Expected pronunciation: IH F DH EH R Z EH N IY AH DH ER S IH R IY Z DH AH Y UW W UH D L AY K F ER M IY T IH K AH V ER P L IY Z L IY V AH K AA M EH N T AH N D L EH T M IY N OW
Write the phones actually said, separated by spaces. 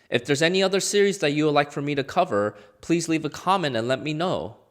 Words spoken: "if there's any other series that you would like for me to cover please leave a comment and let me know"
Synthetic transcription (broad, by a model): IH F DH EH R Z EH N IY AH DH ER S IH R IY Z DH AH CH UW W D L AY K F ER M IY T IH K AH V ER P L IY Z L IY V AH K AA M EH N T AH N L EH T M IY N OW